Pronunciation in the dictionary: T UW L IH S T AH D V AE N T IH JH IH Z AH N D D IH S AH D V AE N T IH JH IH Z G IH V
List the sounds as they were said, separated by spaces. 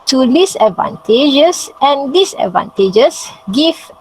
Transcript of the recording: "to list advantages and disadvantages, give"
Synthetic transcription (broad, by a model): T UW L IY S AH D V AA N T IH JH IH S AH N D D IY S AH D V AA N T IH JH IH S G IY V